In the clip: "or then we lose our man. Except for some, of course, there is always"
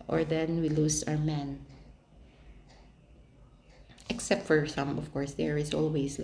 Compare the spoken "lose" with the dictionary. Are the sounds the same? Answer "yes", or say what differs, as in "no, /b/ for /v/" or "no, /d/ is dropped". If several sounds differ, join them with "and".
no, /s/ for /z/